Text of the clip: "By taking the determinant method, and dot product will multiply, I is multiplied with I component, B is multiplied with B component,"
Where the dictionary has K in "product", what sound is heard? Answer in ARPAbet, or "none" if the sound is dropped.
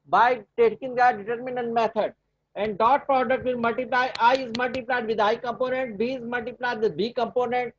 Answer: K